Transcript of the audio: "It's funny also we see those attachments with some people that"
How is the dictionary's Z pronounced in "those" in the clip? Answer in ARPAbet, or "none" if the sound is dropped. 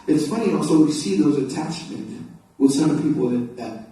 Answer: Z